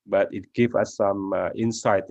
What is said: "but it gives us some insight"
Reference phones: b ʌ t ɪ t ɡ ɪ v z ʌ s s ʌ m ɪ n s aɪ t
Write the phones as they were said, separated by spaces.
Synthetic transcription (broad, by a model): b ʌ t ɪ t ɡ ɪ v ʌ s s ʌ m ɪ n s aɪ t